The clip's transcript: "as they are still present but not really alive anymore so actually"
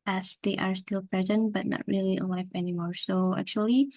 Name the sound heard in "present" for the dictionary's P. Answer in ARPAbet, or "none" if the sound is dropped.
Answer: P